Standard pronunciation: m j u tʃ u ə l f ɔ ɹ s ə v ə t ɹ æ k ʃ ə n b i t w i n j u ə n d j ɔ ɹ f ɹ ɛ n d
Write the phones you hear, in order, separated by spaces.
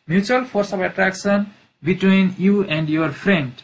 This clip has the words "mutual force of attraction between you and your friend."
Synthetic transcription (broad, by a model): m j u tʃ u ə l p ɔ ɹ s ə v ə t ɹ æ k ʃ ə n b i t w i n j u ə n d j ɔ ɹ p ɹ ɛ n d